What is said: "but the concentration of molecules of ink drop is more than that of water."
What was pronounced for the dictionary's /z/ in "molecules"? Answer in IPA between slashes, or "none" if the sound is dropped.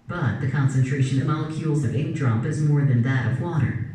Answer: /z/